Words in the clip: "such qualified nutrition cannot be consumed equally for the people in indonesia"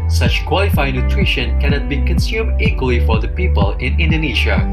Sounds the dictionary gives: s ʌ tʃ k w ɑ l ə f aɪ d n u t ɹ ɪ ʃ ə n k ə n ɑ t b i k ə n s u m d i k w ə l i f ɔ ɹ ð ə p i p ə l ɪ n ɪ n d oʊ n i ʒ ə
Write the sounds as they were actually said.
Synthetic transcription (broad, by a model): s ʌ tʃ k w ɑ l ə f aɪ d n u t ɹ ɪ ʃ ə n k ə n ɑ t b i k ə n s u m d i k w ə l i f ɔ ɹ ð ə p i p ə l ɪ n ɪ n d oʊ n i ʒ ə